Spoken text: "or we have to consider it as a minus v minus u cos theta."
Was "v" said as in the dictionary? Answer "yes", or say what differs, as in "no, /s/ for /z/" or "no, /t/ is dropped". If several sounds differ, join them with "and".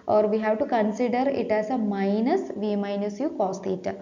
yes